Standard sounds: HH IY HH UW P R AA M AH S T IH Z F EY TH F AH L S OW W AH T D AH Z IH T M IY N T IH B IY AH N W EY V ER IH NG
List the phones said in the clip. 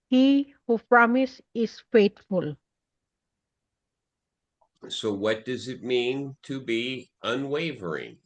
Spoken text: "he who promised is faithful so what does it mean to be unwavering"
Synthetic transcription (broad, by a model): HH IY HH UW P R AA M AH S IH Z F EY T F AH L S OW W AH T D AH Z IH T M IY N T IH B IY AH N W EY V ER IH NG